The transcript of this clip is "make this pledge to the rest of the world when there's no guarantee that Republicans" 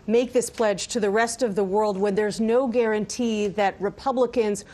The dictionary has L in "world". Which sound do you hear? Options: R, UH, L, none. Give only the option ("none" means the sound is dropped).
L